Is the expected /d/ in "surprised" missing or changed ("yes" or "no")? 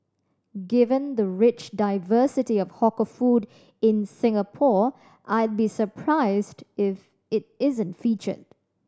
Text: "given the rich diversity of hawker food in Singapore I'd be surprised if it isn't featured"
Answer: no